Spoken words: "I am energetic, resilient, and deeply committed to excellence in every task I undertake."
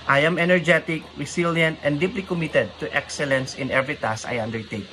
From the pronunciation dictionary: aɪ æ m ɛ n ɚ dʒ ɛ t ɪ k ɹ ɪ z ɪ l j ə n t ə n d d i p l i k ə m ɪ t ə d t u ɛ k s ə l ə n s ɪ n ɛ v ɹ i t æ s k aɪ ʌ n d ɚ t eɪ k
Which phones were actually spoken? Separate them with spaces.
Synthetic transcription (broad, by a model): aɪ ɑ m ɛ n ɚ dʒ ɛ t ɪ k ɹ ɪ s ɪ l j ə n t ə n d d i p l i k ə m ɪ t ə d t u ɛ k s ə l ə n s ɪ n ɛ v ɹ i t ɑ s aɪ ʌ n d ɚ t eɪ k